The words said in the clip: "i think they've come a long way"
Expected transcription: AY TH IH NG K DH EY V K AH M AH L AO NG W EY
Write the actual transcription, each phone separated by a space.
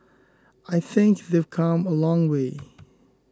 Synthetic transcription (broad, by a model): AY TH IH NG K DH EY V K AH M AH L AO NG W EY